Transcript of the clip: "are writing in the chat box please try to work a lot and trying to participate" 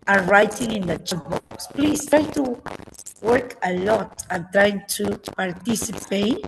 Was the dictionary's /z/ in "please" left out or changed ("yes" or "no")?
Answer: yes